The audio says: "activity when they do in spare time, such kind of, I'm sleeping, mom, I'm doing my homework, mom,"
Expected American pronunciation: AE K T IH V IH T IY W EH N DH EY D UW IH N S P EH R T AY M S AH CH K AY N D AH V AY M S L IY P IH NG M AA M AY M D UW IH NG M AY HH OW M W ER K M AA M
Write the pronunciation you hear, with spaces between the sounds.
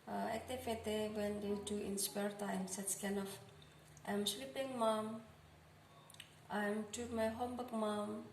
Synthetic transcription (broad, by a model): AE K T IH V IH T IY W EH N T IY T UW IH N S P EH R T AY M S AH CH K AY N AH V AY M S L IY P IH NG M AA M AY M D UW M AY HH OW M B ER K M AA M